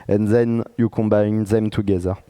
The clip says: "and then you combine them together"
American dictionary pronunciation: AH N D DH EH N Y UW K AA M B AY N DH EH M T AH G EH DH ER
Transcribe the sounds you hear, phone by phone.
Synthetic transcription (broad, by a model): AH N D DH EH N Y UW K AA M B AY N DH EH M T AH G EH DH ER